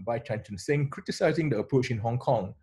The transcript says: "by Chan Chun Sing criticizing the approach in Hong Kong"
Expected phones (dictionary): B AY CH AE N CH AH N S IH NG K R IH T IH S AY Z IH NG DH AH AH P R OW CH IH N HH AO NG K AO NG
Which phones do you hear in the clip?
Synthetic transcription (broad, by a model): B AY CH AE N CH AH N S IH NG K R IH T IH S AY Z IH NG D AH AH P R OW CH IH N HH AO NG K AO NG